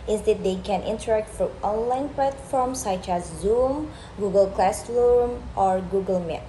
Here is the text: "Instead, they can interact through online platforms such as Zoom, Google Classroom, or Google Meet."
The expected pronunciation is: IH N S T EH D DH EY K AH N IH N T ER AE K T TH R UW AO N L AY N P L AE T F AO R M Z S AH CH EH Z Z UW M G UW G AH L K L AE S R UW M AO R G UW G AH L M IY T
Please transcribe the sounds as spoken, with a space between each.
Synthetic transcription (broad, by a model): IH N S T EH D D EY K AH N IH N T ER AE K T F R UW AO N L AY N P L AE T F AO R M S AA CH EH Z Z UW M G UW G AH L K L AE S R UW M AO R G UW G AH L M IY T